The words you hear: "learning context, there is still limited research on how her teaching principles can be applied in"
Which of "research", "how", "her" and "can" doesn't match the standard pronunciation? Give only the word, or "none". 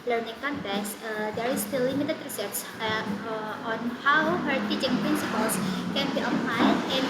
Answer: research